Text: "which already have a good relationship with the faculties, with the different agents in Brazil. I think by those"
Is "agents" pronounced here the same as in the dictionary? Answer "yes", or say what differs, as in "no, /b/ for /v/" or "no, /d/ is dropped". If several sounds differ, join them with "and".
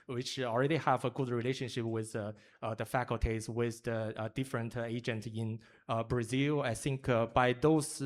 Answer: no, /s/ is dropped